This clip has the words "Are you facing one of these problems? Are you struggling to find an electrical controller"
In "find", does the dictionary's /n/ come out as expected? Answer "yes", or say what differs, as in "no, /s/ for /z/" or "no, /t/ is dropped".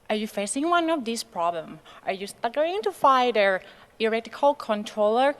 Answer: no, /n/ is dropped